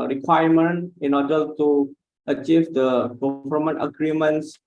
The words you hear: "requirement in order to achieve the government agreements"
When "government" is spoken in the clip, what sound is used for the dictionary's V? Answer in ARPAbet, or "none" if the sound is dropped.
F